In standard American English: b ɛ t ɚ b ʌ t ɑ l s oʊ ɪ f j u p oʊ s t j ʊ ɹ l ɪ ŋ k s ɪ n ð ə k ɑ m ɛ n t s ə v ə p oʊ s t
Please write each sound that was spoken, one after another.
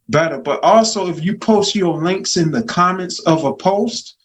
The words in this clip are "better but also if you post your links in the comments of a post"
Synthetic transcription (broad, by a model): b ɛ t ɚ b ʌ t ɑ l s oʊ ɪ f j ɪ p oʊ s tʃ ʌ ɹ l ɪ ŋ k s ɪ n ð ə k ɑ m ɛ n t s ə v ə p oʊ s t